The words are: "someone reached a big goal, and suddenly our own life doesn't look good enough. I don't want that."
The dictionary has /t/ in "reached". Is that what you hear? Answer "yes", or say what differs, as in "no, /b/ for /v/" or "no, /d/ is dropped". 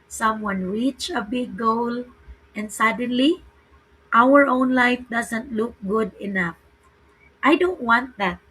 no, /t/ is dropped